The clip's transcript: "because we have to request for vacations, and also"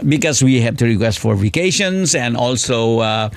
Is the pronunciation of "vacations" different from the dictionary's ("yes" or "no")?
yes